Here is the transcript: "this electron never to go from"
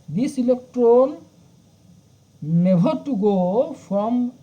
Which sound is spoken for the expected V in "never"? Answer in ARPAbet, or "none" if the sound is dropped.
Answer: B